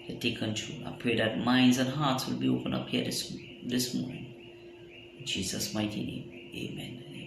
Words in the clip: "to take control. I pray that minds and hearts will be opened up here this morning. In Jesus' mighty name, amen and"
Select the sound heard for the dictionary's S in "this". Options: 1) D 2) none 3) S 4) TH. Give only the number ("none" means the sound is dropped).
3